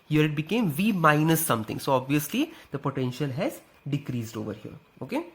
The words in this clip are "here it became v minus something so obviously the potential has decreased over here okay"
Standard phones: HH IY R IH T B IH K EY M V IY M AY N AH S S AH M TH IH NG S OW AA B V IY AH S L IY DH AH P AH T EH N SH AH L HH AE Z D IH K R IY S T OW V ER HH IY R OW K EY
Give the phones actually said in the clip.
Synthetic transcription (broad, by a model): HH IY R IH T B IH K EY M V IY M AY N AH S S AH M T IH NG S OW AA B V IY AH S L IY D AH P AH T EH N SH AH L HH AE Z D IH K R IY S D OW V ER HH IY R OW K EY